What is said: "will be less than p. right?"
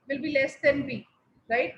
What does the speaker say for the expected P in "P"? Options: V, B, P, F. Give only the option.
B